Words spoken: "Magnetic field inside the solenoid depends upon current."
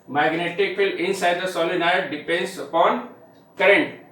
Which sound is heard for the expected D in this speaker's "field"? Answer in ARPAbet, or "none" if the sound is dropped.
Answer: none